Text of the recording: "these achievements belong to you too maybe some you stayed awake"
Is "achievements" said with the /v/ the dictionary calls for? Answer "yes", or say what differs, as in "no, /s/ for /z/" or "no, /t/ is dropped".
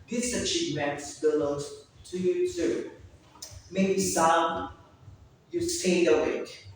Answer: no, /p/ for /v/